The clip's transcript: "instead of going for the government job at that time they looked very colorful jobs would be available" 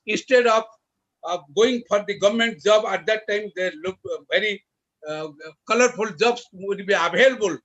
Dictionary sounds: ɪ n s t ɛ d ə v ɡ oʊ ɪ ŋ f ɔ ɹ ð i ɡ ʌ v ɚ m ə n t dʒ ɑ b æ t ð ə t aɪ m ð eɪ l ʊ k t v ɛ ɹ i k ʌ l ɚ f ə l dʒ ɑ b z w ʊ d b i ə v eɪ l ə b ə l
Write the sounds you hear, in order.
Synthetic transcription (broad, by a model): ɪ n s t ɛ d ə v ɡ oʊ ɪ ŋ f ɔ ɹ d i ɡ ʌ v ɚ m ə n t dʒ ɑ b æ t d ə t aɪ m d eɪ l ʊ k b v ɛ ɹ i k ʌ l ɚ p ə l dʒ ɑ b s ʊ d b i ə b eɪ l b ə l